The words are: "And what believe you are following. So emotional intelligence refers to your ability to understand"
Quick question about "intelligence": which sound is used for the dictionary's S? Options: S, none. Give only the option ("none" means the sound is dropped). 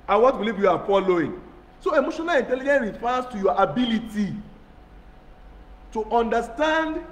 none